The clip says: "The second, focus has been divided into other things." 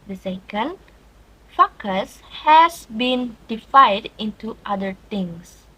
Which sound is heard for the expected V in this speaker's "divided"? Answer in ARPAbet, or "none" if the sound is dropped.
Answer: F